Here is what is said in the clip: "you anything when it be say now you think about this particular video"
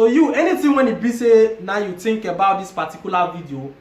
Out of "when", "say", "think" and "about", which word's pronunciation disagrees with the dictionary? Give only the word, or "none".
think